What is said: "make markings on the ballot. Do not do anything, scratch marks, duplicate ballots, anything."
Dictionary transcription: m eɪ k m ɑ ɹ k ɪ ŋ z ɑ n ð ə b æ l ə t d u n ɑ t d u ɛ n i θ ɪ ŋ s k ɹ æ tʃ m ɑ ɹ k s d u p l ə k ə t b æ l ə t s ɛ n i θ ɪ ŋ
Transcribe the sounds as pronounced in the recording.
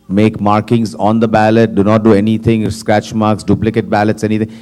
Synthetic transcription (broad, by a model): m eɪ k m ɑ ɹ k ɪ ŋ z ɑ n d ə b æ l ə t d u n ɑ t d u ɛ n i t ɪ ŋ s k ɹ æ tʃ m ɑ ɹ k s d u p l ə k ə t b æ l ə t s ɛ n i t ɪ ŋ